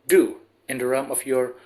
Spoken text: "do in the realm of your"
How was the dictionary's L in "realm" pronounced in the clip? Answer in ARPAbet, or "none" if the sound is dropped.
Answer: none